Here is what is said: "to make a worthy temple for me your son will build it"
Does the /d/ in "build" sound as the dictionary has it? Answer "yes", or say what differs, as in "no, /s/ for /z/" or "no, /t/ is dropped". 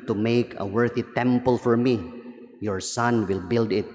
yes